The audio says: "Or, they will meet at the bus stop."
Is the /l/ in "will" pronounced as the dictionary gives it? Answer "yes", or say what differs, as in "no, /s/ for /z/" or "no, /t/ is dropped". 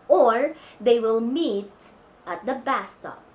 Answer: yes